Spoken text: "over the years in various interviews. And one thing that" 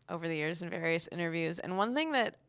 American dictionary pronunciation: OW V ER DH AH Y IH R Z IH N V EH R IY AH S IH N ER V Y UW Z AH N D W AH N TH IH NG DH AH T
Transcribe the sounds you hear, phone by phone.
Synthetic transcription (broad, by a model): OW V ER DH AH Y IH R Z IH N V EH R IY AH S IH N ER V Y UW Z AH N W AH N TH IH NG DH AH T